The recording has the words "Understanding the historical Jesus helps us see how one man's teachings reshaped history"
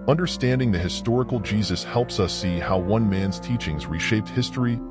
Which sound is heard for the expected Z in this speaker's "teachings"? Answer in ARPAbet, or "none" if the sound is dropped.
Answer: Z